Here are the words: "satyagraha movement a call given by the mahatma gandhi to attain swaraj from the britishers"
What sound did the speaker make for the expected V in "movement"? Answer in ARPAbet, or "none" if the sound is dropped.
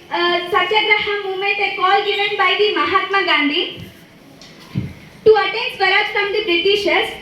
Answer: none